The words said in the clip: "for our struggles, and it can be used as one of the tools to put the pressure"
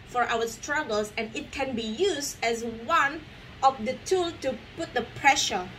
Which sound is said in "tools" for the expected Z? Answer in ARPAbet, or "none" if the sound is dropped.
none